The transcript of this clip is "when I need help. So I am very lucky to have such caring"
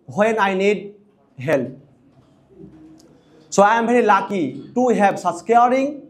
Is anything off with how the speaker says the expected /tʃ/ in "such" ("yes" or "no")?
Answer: yes